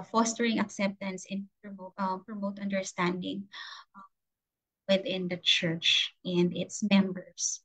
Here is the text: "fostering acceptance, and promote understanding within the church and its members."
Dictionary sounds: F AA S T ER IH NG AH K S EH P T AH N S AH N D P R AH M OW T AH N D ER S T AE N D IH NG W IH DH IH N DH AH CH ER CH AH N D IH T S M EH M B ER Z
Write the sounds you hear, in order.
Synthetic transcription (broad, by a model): F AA S T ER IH NG AH K S EH P T AH N S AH N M P R AH M OW T AH N D ER S T AE N D IH NG W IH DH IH N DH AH CH ER CH AH N D IH T S M EH M B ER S